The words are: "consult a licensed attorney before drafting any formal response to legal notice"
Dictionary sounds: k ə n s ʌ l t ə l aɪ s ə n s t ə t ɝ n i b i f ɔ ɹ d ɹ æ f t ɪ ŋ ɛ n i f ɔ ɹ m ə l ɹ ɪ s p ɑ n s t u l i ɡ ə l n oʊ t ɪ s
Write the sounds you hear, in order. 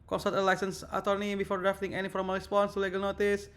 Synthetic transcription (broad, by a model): k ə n s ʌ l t ə l aɪ s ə n s ə t ɝ n i b i f ɔ ɹ d ɹ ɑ f t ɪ ŋ ɛ n i f ɔ ɹ m ə l ɹ ɪ s p ɑ n s t u l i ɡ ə l n oʊ t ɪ s